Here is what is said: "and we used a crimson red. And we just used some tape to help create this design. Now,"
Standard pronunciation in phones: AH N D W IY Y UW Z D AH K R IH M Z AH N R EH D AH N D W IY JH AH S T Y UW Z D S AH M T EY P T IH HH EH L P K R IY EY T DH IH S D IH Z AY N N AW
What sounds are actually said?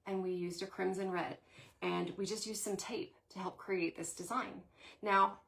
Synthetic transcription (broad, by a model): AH N W IY Y UW Z D AH K R IH M Z AH N R EH D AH N W IY JH AH S T Y UW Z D S AH M T EY P T IH HH EH L P K R IY EY T DH IH S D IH Z AY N N AW